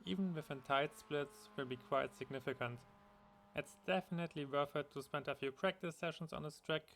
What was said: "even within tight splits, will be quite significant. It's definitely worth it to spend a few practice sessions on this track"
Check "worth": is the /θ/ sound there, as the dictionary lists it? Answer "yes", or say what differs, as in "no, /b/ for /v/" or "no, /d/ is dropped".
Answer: no, /f/ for /θ/